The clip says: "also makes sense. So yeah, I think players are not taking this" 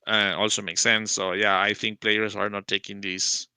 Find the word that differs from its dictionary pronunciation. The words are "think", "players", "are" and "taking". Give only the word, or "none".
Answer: players